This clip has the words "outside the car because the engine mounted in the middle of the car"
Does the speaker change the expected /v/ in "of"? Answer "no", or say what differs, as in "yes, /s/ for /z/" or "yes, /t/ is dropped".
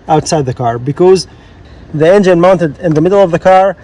no